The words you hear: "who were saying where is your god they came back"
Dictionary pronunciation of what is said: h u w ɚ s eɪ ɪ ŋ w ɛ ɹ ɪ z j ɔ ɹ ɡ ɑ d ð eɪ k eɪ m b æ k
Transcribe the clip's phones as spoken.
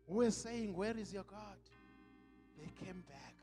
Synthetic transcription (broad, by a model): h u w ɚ s eɪ ɪ ŋ w ɛ ɹ ɪ z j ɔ ɡ ɑ d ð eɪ k eɪ m b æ k